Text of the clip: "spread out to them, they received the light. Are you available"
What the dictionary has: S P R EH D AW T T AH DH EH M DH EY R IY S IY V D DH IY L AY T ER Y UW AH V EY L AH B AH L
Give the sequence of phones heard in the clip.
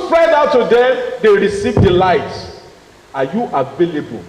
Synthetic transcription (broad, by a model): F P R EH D AW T T AH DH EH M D EY R IY S IY V D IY L AY T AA Y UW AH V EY L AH B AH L